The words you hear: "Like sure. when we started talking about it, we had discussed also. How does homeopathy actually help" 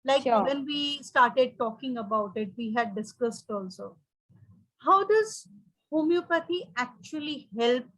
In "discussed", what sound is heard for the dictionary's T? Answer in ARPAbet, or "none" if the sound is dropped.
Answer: T